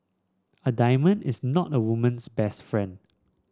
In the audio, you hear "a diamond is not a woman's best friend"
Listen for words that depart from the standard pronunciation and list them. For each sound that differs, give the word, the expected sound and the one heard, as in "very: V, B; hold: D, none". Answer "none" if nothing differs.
woman's: Z, S